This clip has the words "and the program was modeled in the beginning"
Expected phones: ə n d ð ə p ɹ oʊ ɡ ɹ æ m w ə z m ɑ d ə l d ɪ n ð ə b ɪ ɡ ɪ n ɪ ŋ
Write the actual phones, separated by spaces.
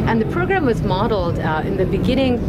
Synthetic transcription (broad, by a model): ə n ð ə p ɹ oʊ ɡ ɹ æ m w ə z m ɑ d l d ɪ n ð ə b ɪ ɡ ɪ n ɪ ŋ